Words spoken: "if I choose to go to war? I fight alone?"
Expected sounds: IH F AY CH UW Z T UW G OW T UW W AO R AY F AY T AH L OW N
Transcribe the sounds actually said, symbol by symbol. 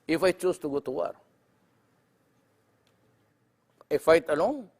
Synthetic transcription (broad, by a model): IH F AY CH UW S T UW G OW T UW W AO R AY F AY T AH L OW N